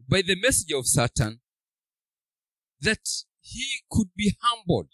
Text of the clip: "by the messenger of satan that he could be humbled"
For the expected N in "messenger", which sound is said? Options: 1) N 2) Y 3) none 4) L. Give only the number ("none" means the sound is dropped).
3